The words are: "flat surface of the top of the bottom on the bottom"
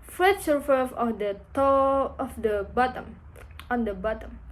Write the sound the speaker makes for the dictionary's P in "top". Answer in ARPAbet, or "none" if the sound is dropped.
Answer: none